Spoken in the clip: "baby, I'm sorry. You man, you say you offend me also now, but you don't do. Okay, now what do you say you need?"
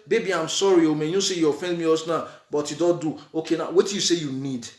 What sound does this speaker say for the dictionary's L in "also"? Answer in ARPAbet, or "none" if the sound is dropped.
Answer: none